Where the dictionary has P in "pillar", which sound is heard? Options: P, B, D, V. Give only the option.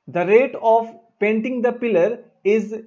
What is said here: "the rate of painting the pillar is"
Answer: P